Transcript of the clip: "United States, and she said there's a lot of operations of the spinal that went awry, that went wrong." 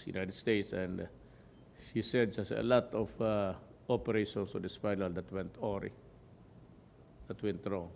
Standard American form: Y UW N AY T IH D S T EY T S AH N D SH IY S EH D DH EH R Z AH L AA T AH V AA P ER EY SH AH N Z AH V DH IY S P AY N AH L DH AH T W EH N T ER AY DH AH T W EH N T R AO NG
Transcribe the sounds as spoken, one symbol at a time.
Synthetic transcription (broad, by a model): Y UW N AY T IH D S T EY T S AH N D SH IY S EH D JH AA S AH L AA T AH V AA P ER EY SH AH N S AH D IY S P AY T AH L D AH T W EH N T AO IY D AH T W EH N T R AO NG